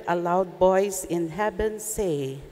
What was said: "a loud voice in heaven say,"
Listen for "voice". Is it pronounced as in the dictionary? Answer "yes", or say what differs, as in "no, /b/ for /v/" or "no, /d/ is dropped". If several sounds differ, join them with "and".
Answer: no, /b/ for /v/